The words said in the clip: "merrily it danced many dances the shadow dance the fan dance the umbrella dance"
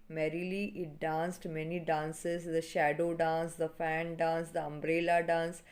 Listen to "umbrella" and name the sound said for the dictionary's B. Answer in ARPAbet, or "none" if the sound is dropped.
B